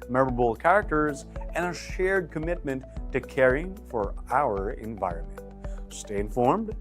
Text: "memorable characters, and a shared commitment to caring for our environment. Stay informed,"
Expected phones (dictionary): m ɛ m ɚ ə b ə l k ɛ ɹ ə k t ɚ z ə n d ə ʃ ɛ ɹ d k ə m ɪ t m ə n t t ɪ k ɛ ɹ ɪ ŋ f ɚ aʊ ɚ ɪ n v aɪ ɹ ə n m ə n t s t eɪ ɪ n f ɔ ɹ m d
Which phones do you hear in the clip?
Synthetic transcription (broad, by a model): m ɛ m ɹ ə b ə l k ɛ ɹ ə k t ɚ z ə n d ə ʃ ɛ ɹ d k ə m ɪ t m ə n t t ɪ k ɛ ɹ ɪ ŋ f ɚ aʊ ɚ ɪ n v aɪ ɹ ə n m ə n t s t eɪ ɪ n f ɔ ɹ m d